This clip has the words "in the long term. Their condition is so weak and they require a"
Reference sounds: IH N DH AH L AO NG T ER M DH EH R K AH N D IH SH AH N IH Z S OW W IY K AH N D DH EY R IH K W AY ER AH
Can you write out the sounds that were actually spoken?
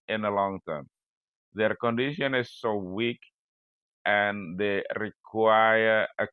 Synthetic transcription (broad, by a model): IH N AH L AO NG T ER M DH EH R K AH N D IH SH AH N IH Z S OW W IY K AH N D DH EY R IH K W AY ER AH